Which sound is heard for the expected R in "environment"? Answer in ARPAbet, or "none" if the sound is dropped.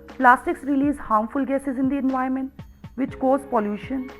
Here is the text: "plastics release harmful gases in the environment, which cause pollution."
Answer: none